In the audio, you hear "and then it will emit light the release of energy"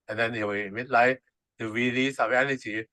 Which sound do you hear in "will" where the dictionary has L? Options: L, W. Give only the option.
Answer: W